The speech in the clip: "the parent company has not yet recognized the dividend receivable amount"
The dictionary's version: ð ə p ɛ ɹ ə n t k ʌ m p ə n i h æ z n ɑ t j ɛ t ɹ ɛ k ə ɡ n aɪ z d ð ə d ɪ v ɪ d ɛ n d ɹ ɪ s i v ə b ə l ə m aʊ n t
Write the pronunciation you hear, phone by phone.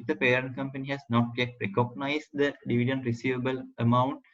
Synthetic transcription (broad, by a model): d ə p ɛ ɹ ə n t k ʌ m p ə n i h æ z n ɑ t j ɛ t ɹ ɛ k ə ɡ n aɪ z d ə d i v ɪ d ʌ n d ɹ ɪ s i v ə b ə l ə m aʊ n t